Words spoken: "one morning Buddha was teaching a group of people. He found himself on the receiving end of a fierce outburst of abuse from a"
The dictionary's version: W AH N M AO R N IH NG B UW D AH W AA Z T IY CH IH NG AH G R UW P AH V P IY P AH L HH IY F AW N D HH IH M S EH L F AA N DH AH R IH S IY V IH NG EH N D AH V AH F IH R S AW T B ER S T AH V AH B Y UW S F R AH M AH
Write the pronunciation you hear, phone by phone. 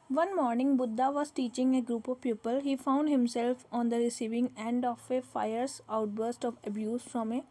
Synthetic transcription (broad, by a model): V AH N M AO R N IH NG B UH D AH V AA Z T IY CH IH NG AH G R UW P AH V P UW P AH L HH IY F AW N D HH IH M S EH L F AA N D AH R IH S IY V IH NG EH N D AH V AH F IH R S AW T B ER S T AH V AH B Y UW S F R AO M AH